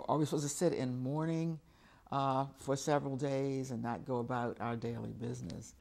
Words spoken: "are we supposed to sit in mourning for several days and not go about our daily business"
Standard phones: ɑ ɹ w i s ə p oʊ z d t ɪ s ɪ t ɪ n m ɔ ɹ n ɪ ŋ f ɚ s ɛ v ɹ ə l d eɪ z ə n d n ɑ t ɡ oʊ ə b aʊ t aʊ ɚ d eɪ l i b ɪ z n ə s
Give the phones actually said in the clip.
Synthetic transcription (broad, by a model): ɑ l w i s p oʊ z t ɪ s ɪ t ɪ n m ɔ ɹ n ɪ ŋ f ɚ s ɛ v ɹ l d eɪ z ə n n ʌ t ɡ oʊ ə b aʊ t aʊ ɚ d eɪ l i b ɪ z n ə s